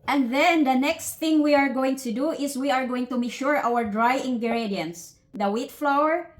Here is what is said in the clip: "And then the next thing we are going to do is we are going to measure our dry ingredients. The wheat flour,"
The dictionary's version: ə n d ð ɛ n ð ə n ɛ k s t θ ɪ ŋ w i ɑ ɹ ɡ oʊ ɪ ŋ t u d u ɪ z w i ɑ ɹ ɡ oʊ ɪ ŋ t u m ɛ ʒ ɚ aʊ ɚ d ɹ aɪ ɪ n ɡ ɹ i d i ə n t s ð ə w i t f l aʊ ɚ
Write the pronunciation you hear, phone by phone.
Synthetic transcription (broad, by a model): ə n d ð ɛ n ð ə n ɛ k s t θ ɪ ŋ w i ɑ ɹ ɡ oʊ ɪ ŋ t u d u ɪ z w i ɑ ɹ ɡ oʊ ɪ ŋ t u m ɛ ʃ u aʊ ɚ d ɹ aɪ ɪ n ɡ ɹ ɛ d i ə n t s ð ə w i t f l aʊ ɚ